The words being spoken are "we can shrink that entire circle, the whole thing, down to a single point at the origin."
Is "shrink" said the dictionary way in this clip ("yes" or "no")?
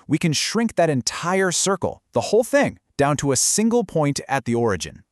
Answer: yes